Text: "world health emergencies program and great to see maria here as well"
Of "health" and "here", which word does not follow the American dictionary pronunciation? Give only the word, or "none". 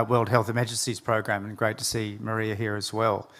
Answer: none